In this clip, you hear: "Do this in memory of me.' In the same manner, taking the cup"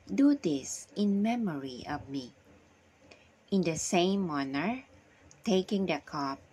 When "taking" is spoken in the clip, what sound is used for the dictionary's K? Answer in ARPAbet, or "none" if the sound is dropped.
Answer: K